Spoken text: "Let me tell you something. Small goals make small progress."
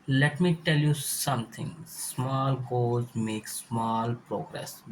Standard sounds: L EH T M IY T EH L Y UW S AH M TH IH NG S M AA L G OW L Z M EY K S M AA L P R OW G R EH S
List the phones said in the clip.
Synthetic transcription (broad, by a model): L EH T M IY T EH L Y UW S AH M T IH NG S M AA L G OW Z M EY K S M AA L P R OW G R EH S